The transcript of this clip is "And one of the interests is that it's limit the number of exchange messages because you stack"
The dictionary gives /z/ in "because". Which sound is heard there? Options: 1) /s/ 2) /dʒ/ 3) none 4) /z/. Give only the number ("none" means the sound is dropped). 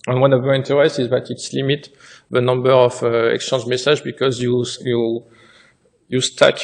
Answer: 3